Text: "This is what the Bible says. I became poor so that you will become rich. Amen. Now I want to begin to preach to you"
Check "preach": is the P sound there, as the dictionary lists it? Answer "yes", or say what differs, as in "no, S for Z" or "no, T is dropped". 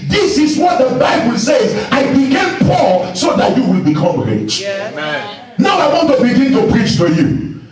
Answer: yes